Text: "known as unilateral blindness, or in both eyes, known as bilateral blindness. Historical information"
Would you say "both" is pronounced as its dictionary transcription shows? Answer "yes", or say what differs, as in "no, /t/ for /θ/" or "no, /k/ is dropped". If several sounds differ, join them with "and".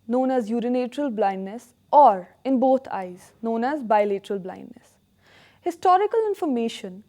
no, /t/ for /θ/